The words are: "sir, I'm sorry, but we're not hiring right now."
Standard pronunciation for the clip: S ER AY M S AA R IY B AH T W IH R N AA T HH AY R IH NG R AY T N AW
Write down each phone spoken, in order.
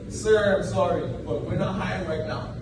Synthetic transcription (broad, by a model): S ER AY M S AA R IY B AH T W IH R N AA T HH AY IH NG R AY T N AW